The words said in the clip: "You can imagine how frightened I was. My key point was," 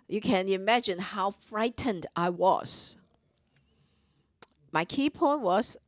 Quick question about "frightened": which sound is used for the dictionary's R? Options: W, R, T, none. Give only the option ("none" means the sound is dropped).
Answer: R